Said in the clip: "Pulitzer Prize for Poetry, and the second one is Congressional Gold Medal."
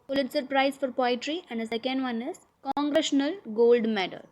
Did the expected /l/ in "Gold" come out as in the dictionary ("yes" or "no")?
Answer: yes